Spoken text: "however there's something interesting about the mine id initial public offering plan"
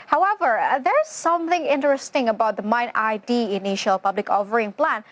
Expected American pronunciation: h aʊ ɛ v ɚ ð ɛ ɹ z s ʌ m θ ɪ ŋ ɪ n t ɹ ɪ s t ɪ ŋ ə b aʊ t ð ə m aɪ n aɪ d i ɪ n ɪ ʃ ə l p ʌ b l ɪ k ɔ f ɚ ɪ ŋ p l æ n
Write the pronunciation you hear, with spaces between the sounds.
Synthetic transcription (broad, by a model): h aʊ ɛ v ɚ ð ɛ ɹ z s ʌ m θ ɪ ŋ ɪ n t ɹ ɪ s t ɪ ŋ ə b aʊ t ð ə m aɪ n aɪ d i ɪ n ɪ ʃ ə l p ʌ b l ɪ k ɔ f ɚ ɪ ŋ p l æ n